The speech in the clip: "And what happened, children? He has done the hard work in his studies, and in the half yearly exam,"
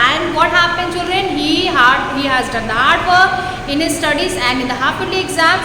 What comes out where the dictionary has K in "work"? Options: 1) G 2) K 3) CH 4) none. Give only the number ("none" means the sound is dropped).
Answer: 4